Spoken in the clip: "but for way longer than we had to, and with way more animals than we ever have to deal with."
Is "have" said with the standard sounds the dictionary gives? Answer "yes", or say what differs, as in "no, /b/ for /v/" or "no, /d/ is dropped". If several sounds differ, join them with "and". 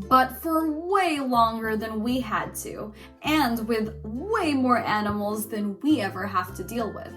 no, /f/ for /v/